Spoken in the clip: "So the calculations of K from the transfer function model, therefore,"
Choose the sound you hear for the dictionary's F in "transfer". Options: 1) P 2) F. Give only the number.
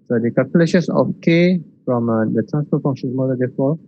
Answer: 1